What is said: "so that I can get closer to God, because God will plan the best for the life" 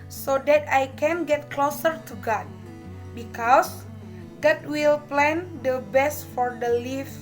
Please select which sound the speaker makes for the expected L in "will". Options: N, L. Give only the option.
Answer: L